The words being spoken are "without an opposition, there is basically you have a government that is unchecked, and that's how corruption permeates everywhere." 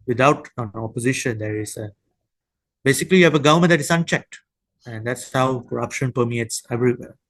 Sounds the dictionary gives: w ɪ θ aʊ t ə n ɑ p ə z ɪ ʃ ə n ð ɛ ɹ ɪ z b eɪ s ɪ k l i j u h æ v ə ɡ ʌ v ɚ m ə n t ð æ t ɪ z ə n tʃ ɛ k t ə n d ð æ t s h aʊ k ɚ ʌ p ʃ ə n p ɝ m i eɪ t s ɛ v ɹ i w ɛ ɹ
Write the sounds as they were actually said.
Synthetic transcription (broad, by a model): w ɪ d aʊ t ə n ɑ p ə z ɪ ʃ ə n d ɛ ɹ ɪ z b eɪ s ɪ k l i j u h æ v ə ɡ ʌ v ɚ m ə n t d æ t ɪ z ə n tʃ ɛ k t ə n d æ t s h aʊ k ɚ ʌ p ʃ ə n p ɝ m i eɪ t s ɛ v ɹ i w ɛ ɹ